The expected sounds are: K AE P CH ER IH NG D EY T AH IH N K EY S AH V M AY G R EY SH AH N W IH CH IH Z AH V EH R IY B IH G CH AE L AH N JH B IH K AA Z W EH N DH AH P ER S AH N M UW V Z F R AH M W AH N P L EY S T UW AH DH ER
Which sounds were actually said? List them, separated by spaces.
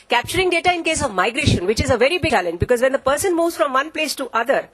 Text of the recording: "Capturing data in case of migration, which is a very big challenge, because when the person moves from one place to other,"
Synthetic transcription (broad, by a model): K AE P CH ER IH NG D EY T AH IH N K EY S AH V M AY G R EY SH AH N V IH CH IH Z AH V EH R IY B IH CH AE L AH N JH B IH K AA Z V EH N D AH P ER S AH N M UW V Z F R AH M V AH N P L EY S T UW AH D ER